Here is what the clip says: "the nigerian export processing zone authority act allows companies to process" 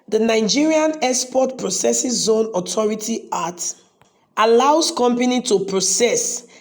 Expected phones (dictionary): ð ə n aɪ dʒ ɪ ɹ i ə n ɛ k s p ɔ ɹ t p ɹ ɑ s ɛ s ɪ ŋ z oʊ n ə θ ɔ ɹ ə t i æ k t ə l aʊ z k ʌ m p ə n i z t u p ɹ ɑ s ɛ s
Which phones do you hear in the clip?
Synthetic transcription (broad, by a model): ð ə n aɪ dʒ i ɹ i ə n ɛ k s p ɔ t p ɹ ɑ s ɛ s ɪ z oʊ n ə t ɔ ɹ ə t i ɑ t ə l aʊ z k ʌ m p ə n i t u p ɹ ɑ s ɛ s